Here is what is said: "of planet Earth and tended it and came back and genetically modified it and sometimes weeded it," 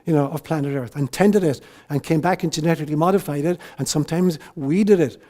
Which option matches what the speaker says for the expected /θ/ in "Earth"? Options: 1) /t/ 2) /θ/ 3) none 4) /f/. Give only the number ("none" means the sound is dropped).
2